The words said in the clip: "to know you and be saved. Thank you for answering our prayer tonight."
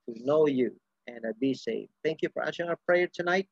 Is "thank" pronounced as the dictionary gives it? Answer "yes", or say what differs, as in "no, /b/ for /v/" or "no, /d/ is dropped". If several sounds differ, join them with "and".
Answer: yes